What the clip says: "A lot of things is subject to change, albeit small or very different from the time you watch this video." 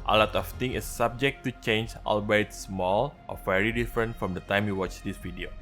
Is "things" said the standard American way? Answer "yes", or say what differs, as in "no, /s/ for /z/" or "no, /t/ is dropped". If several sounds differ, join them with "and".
no, /z/ is dropped